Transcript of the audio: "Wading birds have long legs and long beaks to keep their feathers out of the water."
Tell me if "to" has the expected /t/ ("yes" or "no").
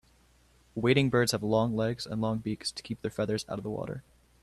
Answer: yes